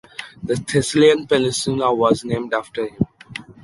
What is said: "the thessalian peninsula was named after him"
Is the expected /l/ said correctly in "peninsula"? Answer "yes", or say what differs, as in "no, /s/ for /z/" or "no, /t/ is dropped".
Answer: no, /n/ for /l/